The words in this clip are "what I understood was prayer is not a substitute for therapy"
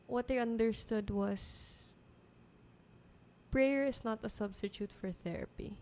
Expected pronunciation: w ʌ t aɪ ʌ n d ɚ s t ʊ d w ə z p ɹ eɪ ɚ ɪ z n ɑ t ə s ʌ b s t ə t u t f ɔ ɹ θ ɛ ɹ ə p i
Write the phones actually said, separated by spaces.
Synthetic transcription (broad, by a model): w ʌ t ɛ ʌ n d ɚ s t ʊ d w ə s p ɹ eɪ ɚ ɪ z n ɑ t ə s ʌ b s t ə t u t f ɔ ɹ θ ɛ ɹ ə p i